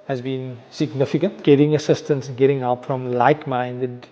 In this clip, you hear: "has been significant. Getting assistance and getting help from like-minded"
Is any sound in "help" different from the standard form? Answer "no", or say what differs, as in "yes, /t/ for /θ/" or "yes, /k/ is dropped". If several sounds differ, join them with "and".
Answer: yes, /l/ is dropped